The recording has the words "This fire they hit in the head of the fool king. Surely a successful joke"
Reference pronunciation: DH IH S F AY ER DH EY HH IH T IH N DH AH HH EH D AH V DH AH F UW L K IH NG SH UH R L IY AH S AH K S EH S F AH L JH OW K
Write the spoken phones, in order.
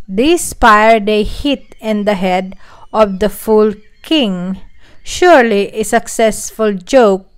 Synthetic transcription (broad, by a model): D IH S P AY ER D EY HH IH T IH N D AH HH EH D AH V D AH F UW L K IH NG SH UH R L IY AH S AH K S EH S F AH L JH OW K